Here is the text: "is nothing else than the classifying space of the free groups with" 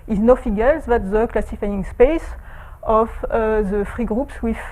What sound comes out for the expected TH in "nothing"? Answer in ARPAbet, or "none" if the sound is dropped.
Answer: F